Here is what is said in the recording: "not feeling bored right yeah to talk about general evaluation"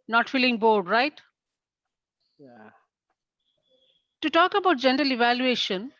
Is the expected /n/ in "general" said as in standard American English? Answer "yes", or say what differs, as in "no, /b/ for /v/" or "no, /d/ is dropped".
yes